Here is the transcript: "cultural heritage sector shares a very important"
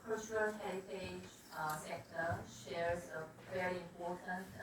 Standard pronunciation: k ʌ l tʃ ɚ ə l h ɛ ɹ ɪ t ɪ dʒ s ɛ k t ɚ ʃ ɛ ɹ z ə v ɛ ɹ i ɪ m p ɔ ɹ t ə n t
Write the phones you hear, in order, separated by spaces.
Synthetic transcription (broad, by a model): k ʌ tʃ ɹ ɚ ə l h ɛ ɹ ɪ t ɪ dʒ s ɛ k t ɚ ʃ ɛ ɹ z ə v ɛ ɹ i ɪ m p ɔ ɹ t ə n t